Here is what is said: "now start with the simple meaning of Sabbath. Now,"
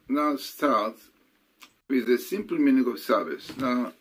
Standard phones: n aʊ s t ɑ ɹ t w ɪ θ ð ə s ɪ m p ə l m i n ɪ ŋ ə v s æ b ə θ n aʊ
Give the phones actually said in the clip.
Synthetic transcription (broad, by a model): n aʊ s t ɑ ɹ t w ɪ ð ə s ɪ m p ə l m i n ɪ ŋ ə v s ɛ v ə s n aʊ